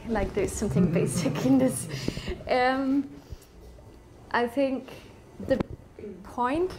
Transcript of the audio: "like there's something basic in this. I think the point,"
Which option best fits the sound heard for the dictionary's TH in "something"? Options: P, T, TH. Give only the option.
TH